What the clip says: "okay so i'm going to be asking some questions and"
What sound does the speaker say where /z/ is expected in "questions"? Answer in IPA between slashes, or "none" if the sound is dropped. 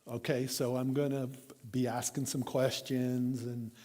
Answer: /z/